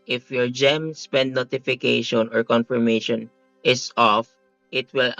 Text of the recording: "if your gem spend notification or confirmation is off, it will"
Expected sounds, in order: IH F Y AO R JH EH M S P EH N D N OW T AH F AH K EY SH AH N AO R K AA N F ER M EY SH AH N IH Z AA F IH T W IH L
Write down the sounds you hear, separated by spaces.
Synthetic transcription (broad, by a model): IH F Y AO R JH EH M S P EH N D N OW T AH F AH K EY SH AH N AO R K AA N F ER M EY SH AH N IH S AA F IH T W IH L